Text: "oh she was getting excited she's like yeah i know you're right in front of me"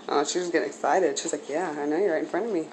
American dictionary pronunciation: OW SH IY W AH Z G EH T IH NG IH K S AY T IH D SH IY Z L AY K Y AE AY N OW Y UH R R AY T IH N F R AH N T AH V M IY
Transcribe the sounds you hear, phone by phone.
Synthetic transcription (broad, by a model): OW SH IY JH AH S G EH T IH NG IH K S AY T IH D SH IY Z L AY K Y AE AY N OW Y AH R R AY T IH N F R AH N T AH V M IY